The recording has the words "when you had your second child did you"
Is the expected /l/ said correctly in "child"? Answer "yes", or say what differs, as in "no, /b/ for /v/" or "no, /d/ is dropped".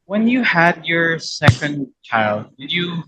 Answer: yes